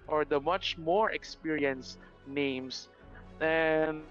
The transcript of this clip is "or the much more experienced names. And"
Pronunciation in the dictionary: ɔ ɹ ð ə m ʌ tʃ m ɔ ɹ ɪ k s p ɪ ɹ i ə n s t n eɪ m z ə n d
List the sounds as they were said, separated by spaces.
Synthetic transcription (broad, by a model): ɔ ɹ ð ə m ʌ tʃ m ɔ ɹ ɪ k s p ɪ ɹ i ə n s n eɪ m s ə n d